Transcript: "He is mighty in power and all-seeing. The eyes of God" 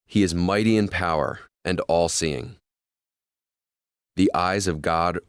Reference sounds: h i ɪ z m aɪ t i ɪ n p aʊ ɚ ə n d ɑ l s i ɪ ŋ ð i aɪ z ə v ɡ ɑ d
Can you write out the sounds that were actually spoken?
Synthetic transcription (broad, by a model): h i ɪ z m aɪ t i ɪ n p aʊ ɚ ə n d ɑ l s i ɪ ŋ ð i aɪ z ə v ɡ ɑ d